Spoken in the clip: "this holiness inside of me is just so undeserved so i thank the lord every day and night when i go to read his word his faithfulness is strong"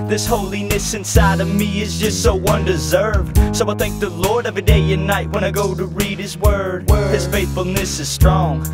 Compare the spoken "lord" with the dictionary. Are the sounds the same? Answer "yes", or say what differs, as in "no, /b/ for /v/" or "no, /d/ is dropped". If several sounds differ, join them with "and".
yes